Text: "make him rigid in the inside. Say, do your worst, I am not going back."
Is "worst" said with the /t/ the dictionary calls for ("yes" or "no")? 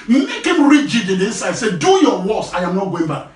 no